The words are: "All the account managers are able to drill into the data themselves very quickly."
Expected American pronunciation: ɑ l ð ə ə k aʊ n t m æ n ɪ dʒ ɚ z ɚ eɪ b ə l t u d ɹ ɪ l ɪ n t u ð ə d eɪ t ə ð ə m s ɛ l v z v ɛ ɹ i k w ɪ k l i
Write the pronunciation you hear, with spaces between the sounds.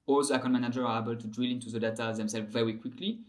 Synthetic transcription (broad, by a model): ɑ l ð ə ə k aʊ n m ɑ n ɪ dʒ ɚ ɚ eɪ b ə l t u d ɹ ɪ l ɪ n t u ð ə d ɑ t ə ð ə m s ɛ l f v ɛ ɹ i k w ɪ k l i